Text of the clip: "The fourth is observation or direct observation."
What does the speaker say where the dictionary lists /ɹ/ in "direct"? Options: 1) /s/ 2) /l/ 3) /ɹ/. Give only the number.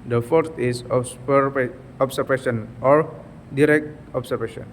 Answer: 3